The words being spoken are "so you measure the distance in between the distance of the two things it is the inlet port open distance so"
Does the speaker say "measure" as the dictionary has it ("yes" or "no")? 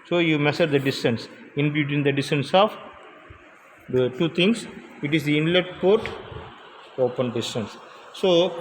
no